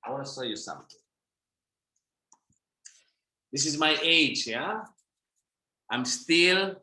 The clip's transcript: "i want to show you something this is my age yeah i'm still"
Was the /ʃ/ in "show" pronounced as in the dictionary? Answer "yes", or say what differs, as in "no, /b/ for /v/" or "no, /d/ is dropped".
no, /s/ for /ʃ/